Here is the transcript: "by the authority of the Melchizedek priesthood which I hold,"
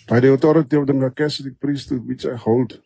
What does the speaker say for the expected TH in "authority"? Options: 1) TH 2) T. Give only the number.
2